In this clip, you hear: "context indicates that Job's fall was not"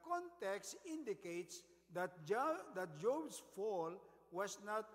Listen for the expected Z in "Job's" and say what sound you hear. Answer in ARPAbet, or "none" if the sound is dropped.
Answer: S